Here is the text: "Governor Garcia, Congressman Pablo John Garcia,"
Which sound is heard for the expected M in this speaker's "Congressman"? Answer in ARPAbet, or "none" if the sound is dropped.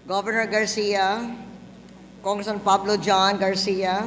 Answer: none